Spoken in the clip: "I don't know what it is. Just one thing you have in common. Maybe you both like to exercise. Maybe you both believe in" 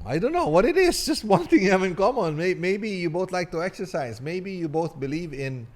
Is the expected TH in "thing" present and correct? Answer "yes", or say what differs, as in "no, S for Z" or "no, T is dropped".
no, T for TH